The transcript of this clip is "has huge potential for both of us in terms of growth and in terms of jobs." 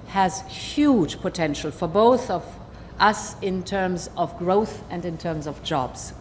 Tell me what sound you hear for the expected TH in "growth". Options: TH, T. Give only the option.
TH